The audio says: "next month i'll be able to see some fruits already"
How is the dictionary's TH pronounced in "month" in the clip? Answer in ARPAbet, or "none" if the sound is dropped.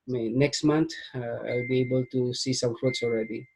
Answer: T